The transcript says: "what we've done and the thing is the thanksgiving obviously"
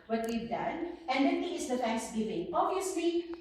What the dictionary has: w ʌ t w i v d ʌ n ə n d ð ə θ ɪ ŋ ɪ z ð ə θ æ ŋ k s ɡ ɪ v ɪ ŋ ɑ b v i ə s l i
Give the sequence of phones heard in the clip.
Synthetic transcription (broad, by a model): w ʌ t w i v d ʌ n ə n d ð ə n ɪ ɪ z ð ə t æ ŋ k s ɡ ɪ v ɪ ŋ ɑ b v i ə s l i